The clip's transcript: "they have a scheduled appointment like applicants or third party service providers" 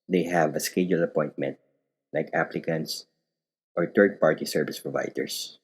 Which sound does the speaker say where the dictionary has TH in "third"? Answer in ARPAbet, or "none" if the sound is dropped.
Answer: T